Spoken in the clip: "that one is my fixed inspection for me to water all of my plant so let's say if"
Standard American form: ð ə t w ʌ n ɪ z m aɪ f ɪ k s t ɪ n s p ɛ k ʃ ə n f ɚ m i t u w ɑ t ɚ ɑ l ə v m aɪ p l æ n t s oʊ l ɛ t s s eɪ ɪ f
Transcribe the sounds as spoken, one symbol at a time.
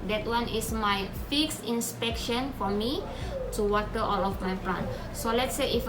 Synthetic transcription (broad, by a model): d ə t w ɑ n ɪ s m aɪ f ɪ k s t ɪ n s p ɛ k ʃ ə n f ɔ m i t u w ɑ t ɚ ɑ l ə f m aɪ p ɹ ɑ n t s oʊ l ɛ t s s eɪ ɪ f